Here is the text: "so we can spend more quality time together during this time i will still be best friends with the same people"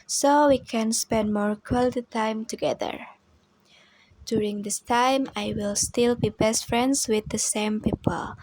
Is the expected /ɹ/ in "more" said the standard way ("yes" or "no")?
yes